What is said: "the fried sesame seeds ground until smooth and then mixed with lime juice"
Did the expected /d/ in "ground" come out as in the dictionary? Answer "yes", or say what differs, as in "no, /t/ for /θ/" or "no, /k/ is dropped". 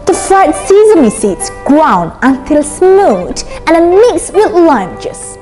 no, /d/ is dropped